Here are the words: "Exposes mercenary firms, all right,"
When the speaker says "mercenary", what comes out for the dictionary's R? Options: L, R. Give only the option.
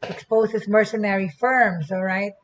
R